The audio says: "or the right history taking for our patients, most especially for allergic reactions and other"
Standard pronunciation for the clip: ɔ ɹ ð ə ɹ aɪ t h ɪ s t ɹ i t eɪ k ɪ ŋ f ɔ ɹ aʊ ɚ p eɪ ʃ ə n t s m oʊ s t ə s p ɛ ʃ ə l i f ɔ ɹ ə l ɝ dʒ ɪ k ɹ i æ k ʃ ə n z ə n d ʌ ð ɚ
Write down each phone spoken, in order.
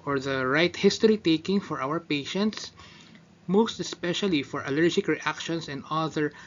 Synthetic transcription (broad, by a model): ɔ ɹ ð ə ɹ aɪ t h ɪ s t ɹ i t eɪ k ɪ ŋ f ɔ ɹ aʊ ɚ p eɪ ʃ ə n t s m oʊ s t ə s p ɛ ʃ ə l i f ɔ ɹ ə l ɝ dʒ ɪ k ɹ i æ k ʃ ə n s ə n d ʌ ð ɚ